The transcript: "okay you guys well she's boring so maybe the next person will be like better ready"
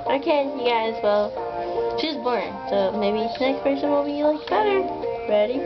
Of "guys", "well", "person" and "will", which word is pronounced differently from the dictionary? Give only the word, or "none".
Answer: person